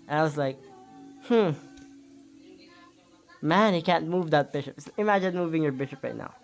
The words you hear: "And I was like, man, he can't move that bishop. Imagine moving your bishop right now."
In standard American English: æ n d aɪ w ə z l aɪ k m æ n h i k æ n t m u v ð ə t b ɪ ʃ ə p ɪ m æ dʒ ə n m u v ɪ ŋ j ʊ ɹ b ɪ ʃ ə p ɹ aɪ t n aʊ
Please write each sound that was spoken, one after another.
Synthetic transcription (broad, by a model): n aɪ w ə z l aɪ k m æ n h i k æ n t m u v ð ə t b ɪ ʃ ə p ɪ m æ dʒ ə n m u v ɪ ŋ j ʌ ɹ b ɪ ʃ ə p ɹ aɪ t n aʊ